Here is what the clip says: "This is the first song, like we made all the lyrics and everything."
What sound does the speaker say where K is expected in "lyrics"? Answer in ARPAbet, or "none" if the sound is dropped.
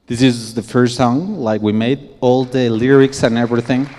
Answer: K